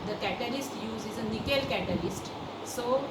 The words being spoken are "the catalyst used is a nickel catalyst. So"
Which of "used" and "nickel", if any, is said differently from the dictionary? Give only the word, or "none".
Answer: used